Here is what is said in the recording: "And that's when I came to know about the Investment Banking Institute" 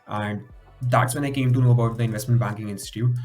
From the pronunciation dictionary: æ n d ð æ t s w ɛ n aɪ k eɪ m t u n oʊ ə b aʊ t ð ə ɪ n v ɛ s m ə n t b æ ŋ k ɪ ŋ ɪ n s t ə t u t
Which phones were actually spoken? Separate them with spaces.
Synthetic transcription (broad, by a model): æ n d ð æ t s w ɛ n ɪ k eɪ m t u n oʊ ə b aʊ t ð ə ɪ n v ɛ s m ə n t b æ ŋ k ɪ ŋ ɪ n s t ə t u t